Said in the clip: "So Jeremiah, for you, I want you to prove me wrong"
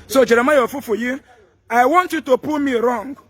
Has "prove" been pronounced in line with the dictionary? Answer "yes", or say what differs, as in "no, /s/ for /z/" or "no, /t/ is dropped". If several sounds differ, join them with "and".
no, /ɹ/ is dropped